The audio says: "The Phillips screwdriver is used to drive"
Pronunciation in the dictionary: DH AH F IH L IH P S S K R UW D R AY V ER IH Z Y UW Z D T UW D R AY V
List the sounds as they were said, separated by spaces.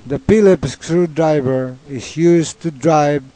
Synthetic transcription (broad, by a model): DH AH P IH L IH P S S K R UW D R AY V ER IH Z Y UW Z T UW D R AY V